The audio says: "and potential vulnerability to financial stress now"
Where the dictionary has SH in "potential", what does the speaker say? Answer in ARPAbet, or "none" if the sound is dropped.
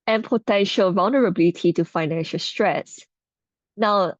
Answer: SH